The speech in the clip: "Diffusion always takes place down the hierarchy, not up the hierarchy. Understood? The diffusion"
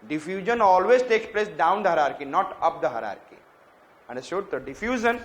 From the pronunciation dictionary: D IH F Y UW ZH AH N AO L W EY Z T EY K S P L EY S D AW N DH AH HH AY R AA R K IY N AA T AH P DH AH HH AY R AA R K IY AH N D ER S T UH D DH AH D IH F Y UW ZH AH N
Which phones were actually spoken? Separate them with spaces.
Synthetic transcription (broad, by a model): D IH F Y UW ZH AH N AO L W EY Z T EY K S P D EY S D AW N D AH HH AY R AA R K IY N AA T AH P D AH HH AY R AA R K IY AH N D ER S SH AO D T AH D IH F Y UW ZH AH N